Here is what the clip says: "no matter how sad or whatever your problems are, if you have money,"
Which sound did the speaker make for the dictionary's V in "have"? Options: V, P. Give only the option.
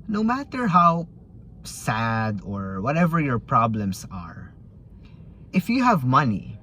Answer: V